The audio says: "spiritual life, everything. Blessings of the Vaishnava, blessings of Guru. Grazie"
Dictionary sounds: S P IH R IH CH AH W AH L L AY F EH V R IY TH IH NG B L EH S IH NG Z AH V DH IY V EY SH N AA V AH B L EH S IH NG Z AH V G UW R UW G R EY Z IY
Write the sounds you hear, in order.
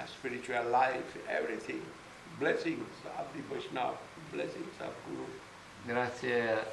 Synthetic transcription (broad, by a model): S P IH R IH CH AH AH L L AY F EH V R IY T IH NG B L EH S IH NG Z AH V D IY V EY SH N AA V B L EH S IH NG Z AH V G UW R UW G R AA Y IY